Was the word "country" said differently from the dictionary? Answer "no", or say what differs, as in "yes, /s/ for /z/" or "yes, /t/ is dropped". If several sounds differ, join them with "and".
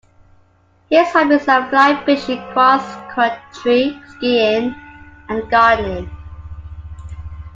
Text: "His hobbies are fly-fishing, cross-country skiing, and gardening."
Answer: yes, /n/ is dropped